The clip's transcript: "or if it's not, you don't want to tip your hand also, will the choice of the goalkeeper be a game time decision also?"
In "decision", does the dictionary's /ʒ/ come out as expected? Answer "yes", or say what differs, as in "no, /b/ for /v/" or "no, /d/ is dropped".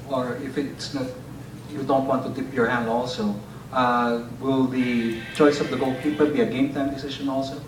no, /ʃ/ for /ʒ/